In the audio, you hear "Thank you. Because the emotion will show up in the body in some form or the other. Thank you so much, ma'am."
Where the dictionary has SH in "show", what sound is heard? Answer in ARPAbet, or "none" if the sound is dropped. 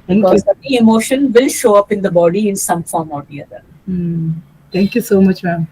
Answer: SH